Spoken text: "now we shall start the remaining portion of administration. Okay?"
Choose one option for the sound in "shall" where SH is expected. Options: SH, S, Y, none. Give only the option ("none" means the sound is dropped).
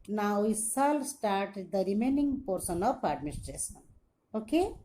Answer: S